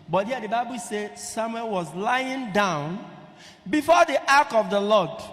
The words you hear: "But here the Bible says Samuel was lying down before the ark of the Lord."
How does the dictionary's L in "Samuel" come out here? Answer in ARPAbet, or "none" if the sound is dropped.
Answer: N